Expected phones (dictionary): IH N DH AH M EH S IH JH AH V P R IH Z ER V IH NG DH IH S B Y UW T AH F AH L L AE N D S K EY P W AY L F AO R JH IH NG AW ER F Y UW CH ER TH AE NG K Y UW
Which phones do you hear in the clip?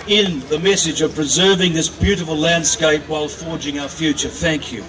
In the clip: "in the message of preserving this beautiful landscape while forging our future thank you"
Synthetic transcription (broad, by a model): IH N DH AH M EH S IH JH AH V P R IH Z ER V IH NG DH IH S B Y UW T AH F AH L L AE N D S K EY P W AY L F AO R JH IH NG AW ER F Y UW CH ER TH AE NG K Y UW